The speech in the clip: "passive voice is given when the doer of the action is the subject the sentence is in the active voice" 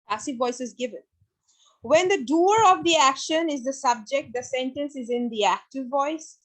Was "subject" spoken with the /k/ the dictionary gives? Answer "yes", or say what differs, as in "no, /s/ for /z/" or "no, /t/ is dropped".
yes